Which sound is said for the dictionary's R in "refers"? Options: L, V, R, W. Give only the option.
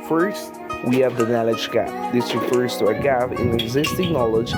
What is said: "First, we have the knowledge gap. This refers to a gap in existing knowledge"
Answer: R